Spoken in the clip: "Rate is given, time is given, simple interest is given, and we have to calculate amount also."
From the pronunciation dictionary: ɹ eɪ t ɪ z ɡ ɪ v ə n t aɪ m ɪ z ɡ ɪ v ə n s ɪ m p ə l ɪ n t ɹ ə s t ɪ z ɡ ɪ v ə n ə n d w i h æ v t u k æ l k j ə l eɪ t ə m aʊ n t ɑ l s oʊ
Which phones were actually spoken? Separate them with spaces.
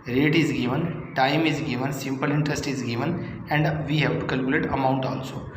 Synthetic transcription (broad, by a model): ɹ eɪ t ɪ z ɡ ɪ v ə n t aɪ m ɪ z ɡ ɪ v ə n s ɪ m p ə l ɪ n t ɹ ə s t ɪ z ɡ ɪ v ə n ə n d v i h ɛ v t u k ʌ l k j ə l eɪ t ə m aʊ n t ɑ l s oʊ